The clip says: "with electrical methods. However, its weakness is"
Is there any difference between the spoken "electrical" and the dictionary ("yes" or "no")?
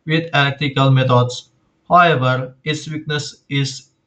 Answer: yes